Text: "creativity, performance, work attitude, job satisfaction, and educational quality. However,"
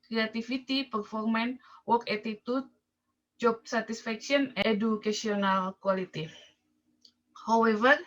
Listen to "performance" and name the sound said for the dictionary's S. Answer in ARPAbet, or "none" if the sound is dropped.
none